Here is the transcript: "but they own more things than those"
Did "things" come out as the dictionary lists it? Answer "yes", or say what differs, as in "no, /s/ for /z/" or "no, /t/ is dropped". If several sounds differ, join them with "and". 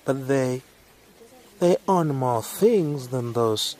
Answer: yes